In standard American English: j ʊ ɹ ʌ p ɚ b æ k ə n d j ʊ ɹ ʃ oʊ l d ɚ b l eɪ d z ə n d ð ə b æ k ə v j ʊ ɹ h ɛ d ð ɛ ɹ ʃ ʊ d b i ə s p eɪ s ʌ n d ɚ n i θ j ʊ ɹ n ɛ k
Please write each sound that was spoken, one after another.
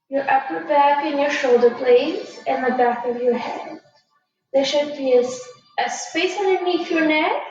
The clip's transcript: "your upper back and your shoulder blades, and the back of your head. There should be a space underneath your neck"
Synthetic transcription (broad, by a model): j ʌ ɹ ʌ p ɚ b æ k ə n j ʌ ɹ ʃ oʊ l d ɚ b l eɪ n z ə n ð ə b æ k ə v j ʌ ɹ h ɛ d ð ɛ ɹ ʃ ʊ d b i ə s p eɪ s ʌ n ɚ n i f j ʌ ɹ n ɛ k